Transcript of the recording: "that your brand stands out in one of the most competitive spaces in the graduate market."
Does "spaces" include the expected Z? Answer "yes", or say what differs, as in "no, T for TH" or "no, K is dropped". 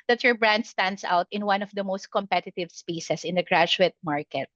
no, S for Z